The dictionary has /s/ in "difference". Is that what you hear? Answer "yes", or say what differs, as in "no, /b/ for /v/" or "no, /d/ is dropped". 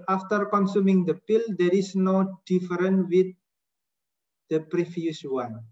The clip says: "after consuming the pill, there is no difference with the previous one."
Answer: no, /s/ is dropped